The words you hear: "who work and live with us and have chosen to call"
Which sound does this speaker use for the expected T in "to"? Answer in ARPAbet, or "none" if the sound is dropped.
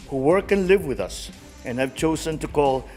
T